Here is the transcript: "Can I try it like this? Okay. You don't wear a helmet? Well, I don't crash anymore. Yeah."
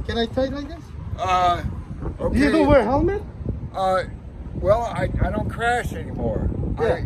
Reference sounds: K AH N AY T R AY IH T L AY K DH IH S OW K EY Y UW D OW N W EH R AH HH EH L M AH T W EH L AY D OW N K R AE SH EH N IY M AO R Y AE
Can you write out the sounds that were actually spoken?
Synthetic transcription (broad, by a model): K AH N AY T AY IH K L AY K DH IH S OW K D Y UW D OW W EH R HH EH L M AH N W EH L AY D OW N K R AE SH EH N IY M AO R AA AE